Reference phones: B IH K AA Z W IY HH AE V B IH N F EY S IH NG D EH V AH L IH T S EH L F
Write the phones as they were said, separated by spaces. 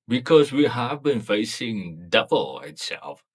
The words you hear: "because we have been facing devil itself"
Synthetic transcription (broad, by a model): B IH K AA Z W IY HH AE V B IH N F EY S IH NG D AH B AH L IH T S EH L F